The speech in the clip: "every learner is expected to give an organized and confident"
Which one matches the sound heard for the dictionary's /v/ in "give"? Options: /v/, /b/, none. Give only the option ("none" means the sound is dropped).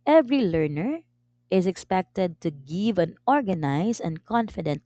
/v/